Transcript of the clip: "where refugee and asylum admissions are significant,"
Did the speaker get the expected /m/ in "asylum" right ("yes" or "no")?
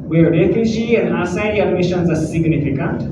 no